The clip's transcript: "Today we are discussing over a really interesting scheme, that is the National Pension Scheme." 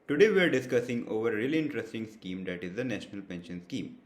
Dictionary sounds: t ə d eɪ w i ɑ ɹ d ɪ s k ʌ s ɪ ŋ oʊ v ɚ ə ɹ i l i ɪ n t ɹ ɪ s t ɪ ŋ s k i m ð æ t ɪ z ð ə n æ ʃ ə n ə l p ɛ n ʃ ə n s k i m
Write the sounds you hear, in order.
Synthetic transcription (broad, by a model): t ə d eɪ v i ɑ ɹ d ɪ s k ʌ s ɪ ŋ oʊ v ɚ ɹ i l i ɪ n t ɹ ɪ s t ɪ ŋ s k i m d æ t ɪ z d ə n æ ʃ ə n ə l p ɛ n ʃ ə n s k i m